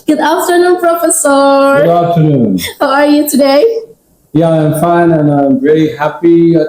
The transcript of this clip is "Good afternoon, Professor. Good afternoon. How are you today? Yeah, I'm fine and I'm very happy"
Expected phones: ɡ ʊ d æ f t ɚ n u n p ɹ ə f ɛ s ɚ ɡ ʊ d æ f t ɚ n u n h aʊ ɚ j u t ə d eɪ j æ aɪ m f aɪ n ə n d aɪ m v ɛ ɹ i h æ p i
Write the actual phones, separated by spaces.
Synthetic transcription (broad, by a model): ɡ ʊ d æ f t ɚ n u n p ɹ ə f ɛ s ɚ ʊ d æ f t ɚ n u n h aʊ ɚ j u t ə d eɪ j æ aɪ m f aɪ n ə n aɪ m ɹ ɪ l i h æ p i